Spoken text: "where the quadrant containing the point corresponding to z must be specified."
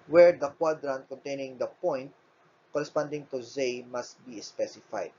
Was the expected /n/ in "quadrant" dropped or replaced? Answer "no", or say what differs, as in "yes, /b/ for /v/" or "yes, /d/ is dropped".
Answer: no